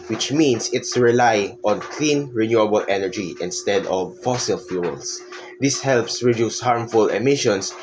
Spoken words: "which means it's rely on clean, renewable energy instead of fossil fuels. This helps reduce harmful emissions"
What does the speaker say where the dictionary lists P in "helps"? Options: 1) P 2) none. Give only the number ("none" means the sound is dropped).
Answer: 1